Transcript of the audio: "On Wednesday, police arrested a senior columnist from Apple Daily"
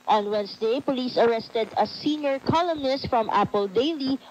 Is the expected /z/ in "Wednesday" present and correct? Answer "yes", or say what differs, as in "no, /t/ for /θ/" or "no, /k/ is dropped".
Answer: no, /s/ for /z/